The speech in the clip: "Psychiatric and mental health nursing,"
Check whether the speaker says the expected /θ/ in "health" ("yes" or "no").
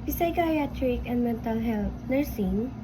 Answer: no